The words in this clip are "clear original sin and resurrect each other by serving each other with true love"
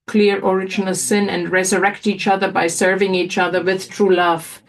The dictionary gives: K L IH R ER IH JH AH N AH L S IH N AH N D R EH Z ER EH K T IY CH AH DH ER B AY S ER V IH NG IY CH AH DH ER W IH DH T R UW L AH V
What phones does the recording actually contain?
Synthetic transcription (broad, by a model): K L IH R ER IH JH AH N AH L S IH N AH N D R EH Z ER EH K T IY CH AH DH ER B AY S ER V IH NG IY CH AH DH ER W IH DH T R UW L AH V